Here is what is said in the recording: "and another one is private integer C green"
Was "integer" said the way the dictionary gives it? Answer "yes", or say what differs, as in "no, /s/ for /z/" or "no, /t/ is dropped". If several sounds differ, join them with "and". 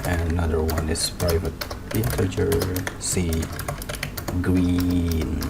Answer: no, /n/ is dropped